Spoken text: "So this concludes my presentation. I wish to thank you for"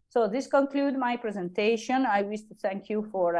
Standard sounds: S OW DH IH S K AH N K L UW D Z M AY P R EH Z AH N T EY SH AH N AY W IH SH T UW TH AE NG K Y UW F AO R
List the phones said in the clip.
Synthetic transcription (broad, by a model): S OW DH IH S K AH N K L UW D M AY P R EH Z AH N T EY SH AH N AY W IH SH T UW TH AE NG K Y UW F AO R